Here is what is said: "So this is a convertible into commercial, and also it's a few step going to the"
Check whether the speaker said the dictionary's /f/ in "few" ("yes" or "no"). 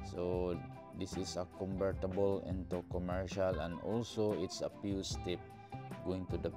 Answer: no